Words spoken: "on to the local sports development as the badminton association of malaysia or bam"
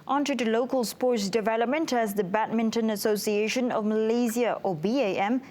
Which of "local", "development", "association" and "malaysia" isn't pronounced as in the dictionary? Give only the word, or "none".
malaysia